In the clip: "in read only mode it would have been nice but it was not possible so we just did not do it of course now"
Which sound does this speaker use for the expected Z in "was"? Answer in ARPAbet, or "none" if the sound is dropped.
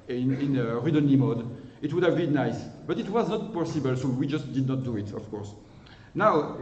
Z